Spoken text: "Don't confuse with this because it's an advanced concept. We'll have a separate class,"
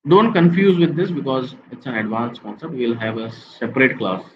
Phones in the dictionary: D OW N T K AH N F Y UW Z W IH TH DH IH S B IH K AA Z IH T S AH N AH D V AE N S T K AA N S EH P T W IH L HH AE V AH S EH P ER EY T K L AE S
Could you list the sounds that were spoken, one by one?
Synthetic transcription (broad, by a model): D OW N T K AH N F Y UW Z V IH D IH S B IH K AA Z IH T S AH N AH D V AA N S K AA N S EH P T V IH L HH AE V AH S EH P ER EY T K L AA S